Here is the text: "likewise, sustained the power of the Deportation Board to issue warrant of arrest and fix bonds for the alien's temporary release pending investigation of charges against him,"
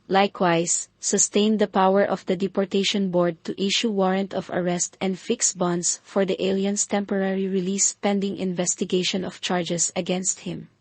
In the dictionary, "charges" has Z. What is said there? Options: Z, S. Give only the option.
S